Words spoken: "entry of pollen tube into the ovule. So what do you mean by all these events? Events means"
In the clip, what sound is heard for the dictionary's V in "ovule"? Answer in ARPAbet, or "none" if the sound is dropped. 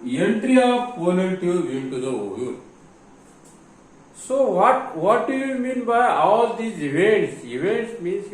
none